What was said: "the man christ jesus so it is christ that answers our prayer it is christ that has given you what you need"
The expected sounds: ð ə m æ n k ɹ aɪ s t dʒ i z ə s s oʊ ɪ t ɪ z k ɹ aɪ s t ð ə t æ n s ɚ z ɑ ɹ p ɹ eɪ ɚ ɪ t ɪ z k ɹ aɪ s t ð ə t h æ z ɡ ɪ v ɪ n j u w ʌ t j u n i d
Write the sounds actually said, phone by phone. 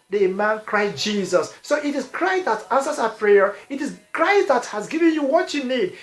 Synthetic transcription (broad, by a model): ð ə m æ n k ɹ aɪ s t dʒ i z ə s s oʊ ɪ t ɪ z k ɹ aɪ s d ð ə t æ n s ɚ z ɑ p ɹ eɪ ɚ ɪ t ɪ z k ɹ aɪ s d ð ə t h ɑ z ɡ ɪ v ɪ n j u w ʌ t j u n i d